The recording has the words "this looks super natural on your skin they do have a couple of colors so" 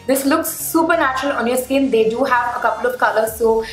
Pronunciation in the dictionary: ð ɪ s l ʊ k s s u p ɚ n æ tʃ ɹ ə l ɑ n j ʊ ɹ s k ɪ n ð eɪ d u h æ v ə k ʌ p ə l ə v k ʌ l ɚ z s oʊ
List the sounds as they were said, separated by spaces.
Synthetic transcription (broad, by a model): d ɪ s l ʊ k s s u p ɚ n æ tʃ ɹ ə l ɑ n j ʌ s k ɪ n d eɪ d u h æ v ə k ʌ p ə l ə v k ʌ l ɚ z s oʊ